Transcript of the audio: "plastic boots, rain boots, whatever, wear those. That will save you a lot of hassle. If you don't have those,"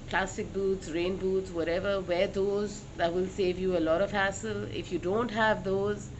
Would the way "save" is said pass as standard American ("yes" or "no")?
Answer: yes